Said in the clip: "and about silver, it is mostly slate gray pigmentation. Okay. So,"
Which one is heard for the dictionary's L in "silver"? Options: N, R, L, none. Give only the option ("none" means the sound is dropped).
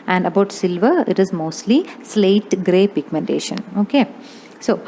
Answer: L